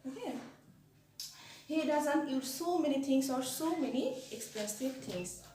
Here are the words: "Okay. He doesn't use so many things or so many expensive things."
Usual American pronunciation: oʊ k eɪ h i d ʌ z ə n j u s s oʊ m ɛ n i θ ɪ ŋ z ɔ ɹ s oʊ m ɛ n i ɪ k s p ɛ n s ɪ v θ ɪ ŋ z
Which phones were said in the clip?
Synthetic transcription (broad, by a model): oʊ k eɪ h i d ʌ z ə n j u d s oʊ m ɛ n i t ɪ ŋ s ɔ ɹ s oʊ m ɛ n i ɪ k s p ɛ s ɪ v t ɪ ŋ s